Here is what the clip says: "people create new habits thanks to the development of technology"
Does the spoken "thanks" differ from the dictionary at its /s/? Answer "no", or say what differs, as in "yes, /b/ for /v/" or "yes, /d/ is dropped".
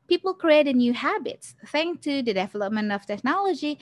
yes, /s/ is dropped